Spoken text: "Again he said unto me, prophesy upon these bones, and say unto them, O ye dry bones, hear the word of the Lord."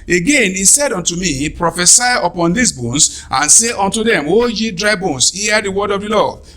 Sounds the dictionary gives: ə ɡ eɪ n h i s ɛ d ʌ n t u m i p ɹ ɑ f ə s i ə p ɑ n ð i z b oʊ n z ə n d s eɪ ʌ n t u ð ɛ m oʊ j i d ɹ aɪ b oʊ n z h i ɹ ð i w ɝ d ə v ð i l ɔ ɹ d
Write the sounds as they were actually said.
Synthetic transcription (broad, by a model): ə ɡ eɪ n i s ɛ d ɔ n t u m i p ɹ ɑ f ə s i ə p ɑ n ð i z b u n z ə n s eɪ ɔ n t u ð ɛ m oʊ j i d ɹ aɪ b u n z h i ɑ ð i w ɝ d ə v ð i l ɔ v